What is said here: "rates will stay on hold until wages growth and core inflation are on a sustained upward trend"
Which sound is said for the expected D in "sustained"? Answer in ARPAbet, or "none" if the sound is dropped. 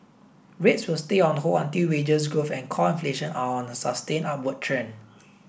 none